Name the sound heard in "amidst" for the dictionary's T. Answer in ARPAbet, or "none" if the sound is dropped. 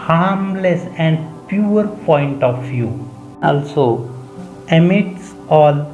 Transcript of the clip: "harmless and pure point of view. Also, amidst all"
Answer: none